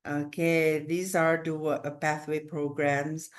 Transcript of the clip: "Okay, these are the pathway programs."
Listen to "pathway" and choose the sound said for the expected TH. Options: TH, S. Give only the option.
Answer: TH